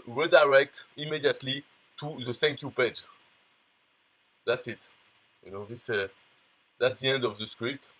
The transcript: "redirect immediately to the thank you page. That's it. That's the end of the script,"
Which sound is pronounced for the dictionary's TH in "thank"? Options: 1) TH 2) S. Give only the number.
2